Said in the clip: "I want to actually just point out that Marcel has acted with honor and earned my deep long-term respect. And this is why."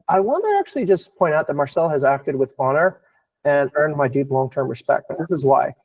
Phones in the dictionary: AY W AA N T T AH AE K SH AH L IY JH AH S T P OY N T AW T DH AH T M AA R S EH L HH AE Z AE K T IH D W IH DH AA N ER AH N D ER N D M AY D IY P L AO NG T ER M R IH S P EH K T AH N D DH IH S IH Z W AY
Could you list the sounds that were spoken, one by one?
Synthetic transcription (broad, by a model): AY W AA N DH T AE K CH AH L IY JH AH S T P OY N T AW T DH AH T M AA R S EH L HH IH Z AE K T IH D W IH DH AA N ER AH N ER N M AY D IY P L AO NG T ER M R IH S P EH K T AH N DH IH S IH Z W AY